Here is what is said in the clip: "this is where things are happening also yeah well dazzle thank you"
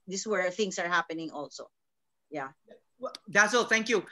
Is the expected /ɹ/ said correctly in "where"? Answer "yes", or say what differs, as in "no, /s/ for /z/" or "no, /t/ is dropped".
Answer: yes